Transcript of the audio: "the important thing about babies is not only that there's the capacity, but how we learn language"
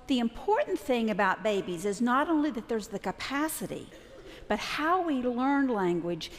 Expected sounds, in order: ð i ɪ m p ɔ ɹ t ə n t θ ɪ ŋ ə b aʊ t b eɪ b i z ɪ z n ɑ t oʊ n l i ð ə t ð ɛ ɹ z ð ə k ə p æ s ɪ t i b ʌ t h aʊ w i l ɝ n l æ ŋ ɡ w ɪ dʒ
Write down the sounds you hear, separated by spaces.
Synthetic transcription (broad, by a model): ð i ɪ m p ɔ ɹ t n θ ɪ ŋ ə b aʊ t b eɪ b i z ɪ z n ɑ t oʊ n l i ð ə t ð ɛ ɹ z ð ə k ə p æ s ɪ t i b ʌ t h aʊ w i l ɝ n l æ ŋ ɡ w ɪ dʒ